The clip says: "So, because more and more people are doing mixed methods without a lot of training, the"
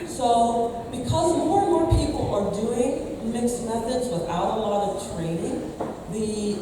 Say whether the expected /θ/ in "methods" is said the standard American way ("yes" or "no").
yes